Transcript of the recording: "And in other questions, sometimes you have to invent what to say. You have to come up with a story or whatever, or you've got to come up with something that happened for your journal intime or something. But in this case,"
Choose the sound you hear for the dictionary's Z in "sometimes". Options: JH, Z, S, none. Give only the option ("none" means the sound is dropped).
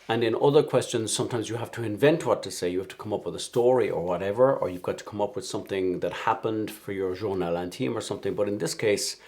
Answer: Z